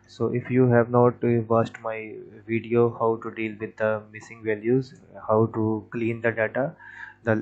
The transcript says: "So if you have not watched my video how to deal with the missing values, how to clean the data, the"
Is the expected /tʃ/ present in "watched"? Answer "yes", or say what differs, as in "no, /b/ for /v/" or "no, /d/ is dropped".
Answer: no, /s/ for /tʃ/